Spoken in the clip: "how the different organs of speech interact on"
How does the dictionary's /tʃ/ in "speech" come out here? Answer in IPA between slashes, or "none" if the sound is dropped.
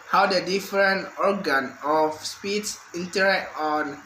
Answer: /s/